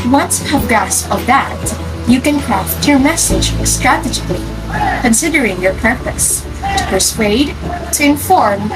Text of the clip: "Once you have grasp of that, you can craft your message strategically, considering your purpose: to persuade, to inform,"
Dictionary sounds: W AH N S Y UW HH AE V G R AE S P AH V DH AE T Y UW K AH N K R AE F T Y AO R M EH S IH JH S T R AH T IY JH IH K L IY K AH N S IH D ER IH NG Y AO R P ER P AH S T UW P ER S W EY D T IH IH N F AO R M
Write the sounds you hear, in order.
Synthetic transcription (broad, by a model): W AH N S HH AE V G AE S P AH V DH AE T Y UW K AH N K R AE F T Y AO R M EH S IH JH S T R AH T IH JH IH K L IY K AH N S IH D ER IH NG Y AO R P ER P AH S T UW P ER S W EY D T IH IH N F AO R M